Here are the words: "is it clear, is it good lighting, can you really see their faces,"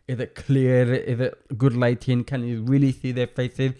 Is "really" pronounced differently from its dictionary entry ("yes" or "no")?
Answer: no